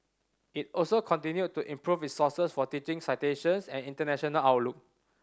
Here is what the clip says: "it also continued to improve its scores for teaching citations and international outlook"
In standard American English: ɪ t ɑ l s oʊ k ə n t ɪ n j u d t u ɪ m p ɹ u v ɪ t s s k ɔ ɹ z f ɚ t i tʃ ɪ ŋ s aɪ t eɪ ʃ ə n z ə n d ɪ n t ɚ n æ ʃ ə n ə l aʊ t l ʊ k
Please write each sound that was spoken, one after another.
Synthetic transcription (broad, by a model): ɪ t ɑ l s oʊ k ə n t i n j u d t u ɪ m p ɹ u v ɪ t s s ʌ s f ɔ t i tʃ ɪ ŋ s aɪ t eɪ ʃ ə n s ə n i n t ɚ n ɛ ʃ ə n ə l aʊ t l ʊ k